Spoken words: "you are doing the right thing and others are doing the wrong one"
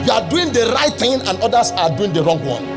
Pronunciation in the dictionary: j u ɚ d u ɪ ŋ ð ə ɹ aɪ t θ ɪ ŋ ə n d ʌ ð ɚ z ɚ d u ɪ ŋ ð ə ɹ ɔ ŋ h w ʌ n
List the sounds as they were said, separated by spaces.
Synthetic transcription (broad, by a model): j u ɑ d u ɪ ŋ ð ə ɹ aɪ t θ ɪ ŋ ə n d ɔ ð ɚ s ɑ d u ɪ ŋ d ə ɹ ɔ ŋ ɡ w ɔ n